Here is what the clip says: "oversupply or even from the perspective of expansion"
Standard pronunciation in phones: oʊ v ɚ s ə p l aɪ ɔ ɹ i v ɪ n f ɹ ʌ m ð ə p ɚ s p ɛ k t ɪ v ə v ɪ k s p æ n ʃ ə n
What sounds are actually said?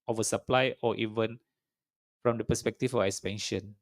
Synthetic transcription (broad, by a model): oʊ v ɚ s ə p l aɪ ɔ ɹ i v ɪ n f ɹ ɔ m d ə p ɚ s p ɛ k t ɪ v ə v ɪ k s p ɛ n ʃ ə n